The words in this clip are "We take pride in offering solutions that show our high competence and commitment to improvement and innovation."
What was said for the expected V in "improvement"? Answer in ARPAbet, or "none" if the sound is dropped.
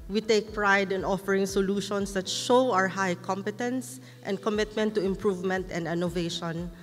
V